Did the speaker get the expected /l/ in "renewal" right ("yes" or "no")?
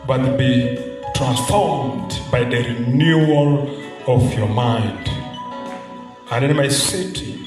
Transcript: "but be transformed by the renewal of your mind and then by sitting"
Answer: yes